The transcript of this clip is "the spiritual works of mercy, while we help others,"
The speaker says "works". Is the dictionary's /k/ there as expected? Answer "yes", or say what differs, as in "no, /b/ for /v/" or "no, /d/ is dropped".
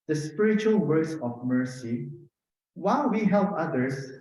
no, /k/ is dropped